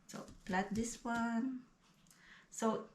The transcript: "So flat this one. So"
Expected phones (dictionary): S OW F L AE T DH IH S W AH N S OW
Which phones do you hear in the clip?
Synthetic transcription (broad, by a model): S OW P L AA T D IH S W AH N S OW